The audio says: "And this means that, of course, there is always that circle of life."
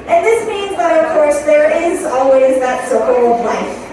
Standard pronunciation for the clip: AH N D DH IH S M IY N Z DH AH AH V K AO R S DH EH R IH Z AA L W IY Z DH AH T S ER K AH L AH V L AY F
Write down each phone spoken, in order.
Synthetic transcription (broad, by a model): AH N DH IH S M IY N Z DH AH AH V K AO R S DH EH R IH Z AA L W IY Z DH AH T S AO AH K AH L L AY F